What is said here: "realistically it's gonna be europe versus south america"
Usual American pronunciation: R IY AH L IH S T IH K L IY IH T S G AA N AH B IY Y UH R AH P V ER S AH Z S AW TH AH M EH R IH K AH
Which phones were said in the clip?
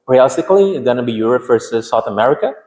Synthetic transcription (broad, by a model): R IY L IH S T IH K L IY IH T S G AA N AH B IY Y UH R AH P F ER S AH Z S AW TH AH M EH R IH K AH